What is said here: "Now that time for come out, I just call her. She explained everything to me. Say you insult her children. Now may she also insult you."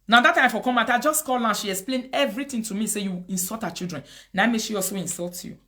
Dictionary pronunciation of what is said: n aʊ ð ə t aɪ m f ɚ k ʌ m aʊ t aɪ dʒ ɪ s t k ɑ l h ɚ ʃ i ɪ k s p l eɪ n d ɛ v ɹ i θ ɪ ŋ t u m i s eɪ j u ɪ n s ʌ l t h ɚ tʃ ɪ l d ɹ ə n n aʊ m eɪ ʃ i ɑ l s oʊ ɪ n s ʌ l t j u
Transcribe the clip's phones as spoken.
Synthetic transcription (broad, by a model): n aʊ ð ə t aɪ m f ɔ k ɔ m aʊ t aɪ dʒ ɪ s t k ɑ l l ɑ ʃ i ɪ k s p l eɪ n ɛ v ɹ i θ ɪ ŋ t u m i s eɪ j u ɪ n s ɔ l t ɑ tʃ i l d ɹ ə n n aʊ m eɪ ʃ i ɑ l s oʊ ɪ n s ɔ l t j u